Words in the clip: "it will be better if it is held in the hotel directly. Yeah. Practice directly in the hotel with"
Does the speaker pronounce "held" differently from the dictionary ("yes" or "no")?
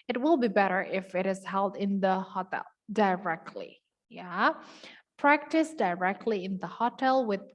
no